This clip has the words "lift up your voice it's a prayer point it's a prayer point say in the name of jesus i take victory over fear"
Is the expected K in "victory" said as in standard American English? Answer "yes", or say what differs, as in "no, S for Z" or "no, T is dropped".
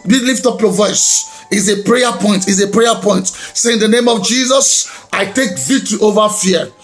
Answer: no, K is dropped